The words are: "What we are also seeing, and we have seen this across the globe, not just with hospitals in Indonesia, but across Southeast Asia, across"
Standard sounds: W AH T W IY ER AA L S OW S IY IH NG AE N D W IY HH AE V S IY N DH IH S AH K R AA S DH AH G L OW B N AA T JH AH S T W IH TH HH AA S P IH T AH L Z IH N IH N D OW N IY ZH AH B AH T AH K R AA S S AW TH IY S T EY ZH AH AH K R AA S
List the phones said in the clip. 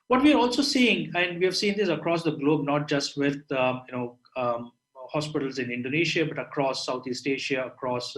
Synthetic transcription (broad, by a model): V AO T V IY ER AA L S OW S IY IH NG AE N D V IY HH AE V S IY N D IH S AH K R AA S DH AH G L OW B N AA T JH AH S T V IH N HH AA S P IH T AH L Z IH N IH N D OW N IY SH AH B AH T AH K R AA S S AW T IY S T EY SH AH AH K R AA S